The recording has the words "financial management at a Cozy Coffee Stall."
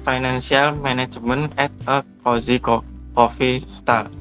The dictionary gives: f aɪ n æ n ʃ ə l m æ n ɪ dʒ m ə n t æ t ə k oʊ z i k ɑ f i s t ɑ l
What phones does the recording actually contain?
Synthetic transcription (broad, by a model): f aɪ n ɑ n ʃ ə l m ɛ n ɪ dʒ m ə n ɛ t ə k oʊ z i k ɑ f i s t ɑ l